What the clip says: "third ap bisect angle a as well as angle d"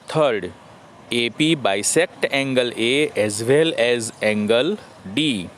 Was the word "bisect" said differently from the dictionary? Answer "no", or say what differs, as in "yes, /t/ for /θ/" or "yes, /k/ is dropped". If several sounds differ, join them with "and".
no